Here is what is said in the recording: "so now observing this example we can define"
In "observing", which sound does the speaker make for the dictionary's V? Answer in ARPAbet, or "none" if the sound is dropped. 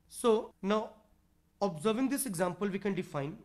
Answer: V